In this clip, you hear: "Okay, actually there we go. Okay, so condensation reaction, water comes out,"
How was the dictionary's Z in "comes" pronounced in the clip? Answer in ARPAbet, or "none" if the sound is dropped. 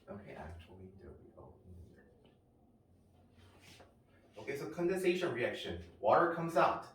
Z